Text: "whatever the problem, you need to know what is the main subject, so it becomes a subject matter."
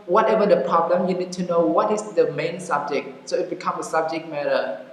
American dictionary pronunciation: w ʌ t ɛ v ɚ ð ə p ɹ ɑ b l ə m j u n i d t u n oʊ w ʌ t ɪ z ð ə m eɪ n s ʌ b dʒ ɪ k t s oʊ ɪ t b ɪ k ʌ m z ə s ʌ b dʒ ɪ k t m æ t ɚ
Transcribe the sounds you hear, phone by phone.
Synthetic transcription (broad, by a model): w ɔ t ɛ v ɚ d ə p ɹ ɑ b l ə m j u n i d t u n oʊ w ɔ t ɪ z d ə m eɪ n s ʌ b dʒ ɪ k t s oʊ ɪ t b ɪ k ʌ m ə s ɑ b dʒ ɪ k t m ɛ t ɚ